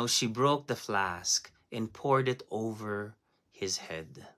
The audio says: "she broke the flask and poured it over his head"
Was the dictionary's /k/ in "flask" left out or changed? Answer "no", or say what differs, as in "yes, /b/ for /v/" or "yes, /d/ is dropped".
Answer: no